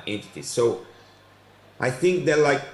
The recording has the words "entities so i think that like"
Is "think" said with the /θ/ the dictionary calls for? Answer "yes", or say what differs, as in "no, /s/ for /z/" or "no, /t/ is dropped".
yes